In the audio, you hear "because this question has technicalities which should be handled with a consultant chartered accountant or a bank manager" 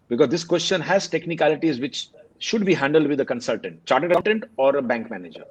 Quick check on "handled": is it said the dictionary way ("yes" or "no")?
yes